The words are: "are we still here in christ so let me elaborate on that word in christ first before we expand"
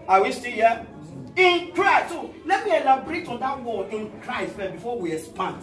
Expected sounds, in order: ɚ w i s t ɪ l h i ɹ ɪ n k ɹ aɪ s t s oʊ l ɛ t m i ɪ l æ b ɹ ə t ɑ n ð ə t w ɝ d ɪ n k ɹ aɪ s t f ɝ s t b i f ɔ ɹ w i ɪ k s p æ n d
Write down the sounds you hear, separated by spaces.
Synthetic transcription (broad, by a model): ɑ w i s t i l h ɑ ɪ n k ɹ aɪ s t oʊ l ɛ t m i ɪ l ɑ b ɹ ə t ɑ n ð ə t w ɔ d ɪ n k ɹ aɪ s t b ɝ t b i f ɔ w i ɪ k s p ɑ n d